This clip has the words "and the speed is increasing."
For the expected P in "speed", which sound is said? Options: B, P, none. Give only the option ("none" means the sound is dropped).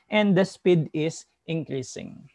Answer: P